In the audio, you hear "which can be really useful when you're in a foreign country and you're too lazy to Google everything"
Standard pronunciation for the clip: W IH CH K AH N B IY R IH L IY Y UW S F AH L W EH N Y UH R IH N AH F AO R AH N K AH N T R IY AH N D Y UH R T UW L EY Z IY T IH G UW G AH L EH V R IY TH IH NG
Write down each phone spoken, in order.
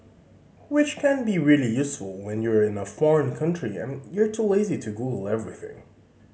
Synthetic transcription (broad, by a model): W IH CH K AH N B IY R IH L IY Y UW S F AH L W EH N Y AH R IH N AH F AO R AH N K AH N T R IY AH N Y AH R T UW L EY Z IY T IH G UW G L EH V R IY TH IH NG